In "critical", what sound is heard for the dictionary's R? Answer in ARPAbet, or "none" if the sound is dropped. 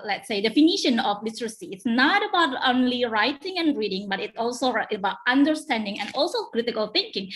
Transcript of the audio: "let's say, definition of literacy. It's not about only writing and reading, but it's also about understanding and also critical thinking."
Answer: R